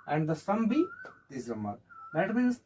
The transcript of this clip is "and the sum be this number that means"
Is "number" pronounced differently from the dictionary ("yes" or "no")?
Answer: yes